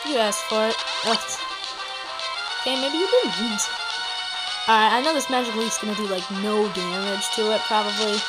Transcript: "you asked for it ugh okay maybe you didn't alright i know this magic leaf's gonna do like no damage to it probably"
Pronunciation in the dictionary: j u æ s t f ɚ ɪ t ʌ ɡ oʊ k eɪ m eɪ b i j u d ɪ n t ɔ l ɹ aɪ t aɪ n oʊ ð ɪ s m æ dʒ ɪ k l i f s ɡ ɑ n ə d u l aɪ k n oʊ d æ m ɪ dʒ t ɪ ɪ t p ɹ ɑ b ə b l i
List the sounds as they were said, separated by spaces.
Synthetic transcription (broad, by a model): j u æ s f ɚ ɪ t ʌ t oʊ k eɪ m eɪ b i j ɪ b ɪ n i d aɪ aɪ n oʊ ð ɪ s m æ dʒ ɪ k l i s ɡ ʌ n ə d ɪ l aɪ k n oʊ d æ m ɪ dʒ t ɪ ɪ t p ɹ ɑ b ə b l i